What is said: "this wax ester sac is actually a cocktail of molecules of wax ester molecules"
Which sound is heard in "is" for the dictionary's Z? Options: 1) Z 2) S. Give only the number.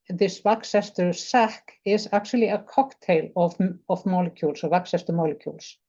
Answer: 2